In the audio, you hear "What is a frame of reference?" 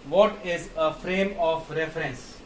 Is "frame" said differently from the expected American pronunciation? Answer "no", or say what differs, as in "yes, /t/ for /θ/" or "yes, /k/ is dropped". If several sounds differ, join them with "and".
no